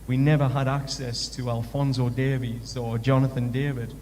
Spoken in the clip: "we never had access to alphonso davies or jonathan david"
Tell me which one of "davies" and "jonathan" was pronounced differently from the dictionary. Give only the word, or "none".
none